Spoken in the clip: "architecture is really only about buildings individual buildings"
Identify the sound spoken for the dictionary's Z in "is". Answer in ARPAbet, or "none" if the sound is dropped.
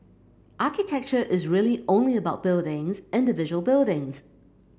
Z